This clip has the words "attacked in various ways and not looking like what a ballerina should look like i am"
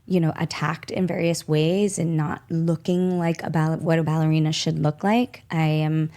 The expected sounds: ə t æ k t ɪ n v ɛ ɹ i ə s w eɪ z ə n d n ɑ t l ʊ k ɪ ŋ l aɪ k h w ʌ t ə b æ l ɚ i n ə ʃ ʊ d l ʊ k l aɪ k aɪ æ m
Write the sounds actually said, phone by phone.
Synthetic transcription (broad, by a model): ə t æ k t ɪ n v ɛ ɹ i ə s w eɪ z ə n n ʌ t l ʊ k ɪ ŋ l aɪ k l w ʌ t ə b æ l ɚ i n ə ʃ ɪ d l ʊ k l aɪ k aɪ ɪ m